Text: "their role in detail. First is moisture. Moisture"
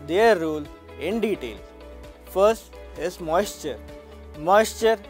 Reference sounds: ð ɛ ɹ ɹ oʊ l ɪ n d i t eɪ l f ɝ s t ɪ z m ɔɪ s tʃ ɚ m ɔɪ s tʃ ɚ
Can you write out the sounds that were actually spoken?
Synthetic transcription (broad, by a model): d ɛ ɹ ɹ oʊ l ɪ n d i t eɪ l f ɝ s t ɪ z m ɔɪ s tʃ ɚ m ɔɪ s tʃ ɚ